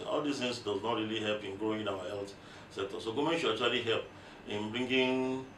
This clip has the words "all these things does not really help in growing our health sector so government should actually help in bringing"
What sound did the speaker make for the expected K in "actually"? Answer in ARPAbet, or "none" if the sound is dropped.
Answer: none